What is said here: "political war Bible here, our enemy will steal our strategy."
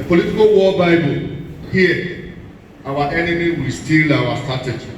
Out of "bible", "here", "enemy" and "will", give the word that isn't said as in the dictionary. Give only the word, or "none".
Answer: here